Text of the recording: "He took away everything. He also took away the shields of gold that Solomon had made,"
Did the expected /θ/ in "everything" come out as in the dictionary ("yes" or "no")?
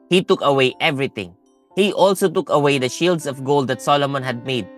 no